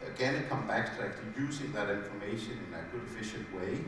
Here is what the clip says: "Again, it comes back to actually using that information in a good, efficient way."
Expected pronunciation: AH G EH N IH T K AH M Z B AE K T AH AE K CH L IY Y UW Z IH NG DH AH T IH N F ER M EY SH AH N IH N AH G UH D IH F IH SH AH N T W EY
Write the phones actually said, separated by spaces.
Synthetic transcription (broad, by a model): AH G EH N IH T K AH M B AE K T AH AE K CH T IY Y UW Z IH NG DH AH T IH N F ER M EY SH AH N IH N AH G UH D IH F IH SH AH N T W EY